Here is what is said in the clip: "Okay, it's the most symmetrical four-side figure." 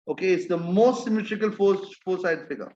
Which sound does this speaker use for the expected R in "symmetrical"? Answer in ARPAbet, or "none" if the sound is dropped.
none